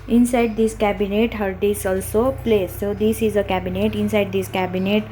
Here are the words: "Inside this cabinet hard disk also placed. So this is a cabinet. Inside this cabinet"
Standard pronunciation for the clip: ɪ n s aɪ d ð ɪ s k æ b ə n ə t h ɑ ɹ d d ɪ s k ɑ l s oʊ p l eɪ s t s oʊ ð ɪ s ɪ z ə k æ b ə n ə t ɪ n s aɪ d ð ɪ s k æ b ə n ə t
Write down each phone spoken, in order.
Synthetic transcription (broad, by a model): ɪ n s aɪ d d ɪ s k æ b ə n ə t h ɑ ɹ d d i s ɑ l s oʊ p l eɪ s s oʊ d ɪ s ɪ z ə k æ b ə n ə t ɪ n s aɪ d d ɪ s k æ b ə n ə t